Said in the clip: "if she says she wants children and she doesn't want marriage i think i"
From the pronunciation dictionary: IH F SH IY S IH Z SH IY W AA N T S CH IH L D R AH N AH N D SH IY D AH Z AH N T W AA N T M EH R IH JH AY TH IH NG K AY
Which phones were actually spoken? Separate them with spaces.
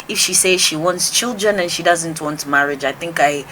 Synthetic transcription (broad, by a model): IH F SH IY S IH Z SH IY W AA N T S CH IH L D R AH N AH N SH IY D AH Z AH N T W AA N T M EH R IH JH AY TH IH NG K AY